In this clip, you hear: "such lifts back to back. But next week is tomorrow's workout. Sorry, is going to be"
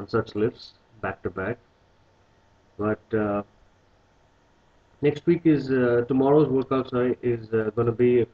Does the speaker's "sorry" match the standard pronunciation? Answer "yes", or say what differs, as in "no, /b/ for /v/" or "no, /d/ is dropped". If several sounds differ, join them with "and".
no, /ɹ/ is dropped